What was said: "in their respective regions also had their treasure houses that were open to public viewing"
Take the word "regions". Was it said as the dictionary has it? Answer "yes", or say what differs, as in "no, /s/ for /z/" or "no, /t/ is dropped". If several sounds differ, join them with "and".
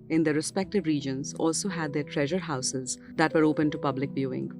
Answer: yes